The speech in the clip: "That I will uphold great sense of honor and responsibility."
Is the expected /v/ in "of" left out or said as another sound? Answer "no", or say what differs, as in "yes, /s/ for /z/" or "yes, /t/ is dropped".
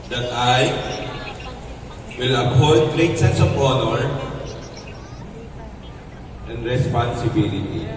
yes, /b/ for /v/